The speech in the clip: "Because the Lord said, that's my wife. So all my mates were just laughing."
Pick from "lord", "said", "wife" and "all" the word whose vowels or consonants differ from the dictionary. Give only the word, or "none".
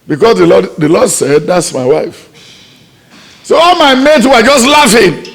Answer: lord